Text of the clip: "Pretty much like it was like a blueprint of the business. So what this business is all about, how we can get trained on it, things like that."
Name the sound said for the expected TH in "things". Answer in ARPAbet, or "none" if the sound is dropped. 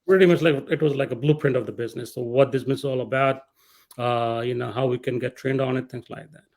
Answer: T